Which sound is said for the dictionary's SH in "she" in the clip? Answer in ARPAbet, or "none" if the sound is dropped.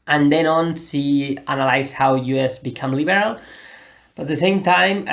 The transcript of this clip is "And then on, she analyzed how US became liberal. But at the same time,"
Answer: S